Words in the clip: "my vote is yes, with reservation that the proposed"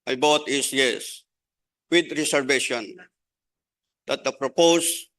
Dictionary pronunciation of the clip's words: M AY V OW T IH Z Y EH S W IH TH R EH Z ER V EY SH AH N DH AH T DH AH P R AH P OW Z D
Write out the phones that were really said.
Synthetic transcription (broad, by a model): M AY B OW T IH S Y EH S W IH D R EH S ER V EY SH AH N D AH T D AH P R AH P OW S